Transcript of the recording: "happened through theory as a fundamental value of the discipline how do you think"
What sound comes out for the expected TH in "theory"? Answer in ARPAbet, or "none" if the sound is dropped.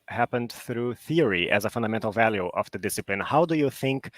TH